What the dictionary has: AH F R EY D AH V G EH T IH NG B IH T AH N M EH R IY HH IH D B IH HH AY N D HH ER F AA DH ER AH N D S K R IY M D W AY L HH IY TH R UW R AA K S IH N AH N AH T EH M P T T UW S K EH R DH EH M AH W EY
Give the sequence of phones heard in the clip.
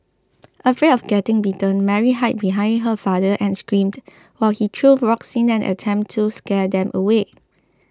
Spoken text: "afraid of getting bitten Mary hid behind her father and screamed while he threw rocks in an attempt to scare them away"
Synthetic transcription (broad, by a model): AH F R EY AH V G EH T IH NG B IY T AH N M EH R IY HH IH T B IH HH AY N D HH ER F AA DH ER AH N S K R IY M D W AY L HH IY T R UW R AA K S IH N AH N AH T EH M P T T UW S K EH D EH M AH W EY